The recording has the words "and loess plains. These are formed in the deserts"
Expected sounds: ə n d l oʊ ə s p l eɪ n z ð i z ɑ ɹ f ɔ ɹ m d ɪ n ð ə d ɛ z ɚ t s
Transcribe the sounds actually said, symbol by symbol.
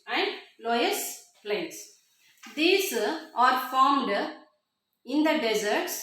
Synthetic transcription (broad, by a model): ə n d l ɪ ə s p l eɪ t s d i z ɑ ɹ f ɔ ɹ m d ɪ n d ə d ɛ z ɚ t s